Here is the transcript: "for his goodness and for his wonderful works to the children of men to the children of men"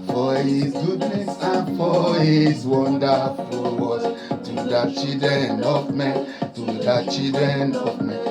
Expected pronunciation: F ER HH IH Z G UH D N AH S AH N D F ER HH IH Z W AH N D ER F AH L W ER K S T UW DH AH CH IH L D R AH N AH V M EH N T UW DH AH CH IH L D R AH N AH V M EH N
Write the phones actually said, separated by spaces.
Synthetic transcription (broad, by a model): F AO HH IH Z G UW D N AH S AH N F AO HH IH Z W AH N D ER F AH L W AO S T UW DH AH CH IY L D R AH N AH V M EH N T UW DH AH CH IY L D R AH N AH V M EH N